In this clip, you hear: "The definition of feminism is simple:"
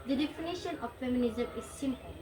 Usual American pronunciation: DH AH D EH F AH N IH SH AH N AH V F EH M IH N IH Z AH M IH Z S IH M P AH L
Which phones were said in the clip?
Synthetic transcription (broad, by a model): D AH D EH F AH N IH SH AH N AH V F EH M IH N IH Z AH M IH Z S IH M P